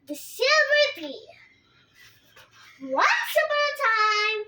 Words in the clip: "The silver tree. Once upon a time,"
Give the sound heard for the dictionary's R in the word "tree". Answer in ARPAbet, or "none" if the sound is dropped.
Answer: none